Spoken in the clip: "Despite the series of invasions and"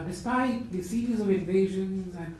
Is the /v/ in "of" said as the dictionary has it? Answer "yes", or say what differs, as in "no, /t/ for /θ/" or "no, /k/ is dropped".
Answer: yes